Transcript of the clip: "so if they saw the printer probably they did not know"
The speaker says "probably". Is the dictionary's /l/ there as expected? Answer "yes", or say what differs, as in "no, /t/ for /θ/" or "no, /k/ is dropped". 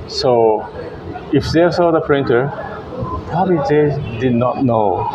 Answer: no, /l/ is dropped